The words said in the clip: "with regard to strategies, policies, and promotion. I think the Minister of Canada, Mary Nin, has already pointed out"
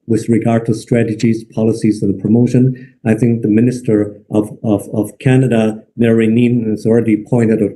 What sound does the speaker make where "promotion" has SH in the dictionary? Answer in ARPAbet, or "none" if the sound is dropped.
SH